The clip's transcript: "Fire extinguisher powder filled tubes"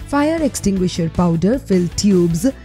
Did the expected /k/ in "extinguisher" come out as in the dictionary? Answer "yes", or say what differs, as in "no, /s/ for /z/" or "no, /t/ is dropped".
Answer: yes